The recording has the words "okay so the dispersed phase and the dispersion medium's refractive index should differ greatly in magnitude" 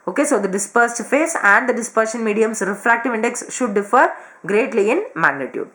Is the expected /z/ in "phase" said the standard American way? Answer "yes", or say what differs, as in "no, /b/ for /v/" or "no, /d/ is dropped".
no, /s/ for /z/